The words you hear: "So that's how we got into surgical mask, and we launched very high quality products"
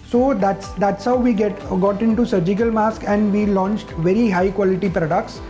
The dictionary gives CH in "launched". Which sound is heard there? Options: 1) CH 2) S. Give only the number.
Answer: 1